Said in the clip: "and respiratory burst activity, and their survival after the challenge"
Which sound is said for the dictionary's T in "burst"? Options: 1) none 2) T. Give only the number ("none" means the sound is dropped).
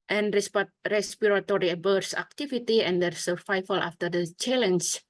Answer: 1